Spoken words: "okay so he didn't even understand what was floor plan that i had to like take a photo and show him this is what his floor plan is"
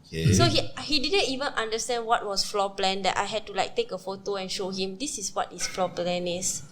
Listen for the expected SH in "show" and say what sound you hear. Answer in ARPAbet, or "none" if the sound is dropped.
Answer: SH